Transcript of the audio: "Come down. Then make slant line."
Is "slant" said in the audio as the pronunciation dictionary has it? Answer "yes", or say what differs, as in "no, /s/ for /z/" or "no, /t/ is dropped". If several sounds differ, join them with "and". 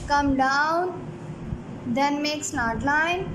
no, /n/ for /l/ and /n/ is dropped